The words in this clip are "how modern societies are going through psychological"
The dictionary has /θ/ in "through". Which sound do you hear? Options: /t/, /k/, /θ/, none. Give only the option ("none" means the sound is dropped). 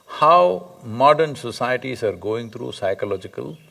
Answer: /t/